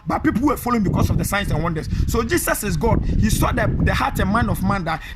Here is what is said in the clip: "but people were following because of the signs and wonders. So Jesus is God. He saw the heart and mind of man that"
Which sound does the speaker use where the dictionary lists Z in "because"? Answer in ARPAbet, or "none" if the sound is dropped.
S